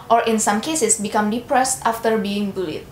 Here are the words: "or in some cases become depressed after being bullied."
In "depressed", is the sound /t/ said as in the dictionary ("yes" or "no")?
yes